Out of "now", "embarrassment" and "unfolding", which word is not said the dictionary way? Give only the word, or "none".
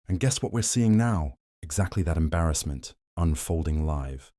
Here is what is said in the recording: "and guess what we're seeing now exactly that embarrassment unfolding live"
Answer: none